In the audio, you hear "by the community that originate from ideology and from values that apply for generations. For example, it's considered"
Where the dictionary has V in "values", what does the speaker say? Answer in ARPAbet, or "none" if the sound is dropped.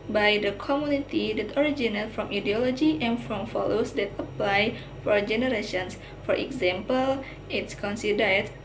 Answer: F